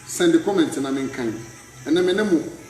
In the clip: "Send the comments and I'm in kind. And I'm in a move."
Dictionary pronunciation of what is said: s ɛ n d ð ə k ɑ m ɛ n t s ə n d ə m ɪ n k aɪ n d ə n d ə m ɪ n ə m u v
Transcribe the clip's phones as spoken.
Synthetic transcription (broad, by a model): s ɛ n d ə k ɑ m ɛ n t ə n ə m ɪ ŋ k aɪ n ə n ə m ɪ n ə m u